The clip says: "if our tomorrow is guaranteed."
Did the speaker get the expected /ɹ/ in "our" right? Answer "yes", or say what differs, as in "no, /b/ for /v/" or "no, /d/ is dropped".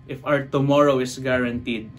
no, /w/ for /ɹ/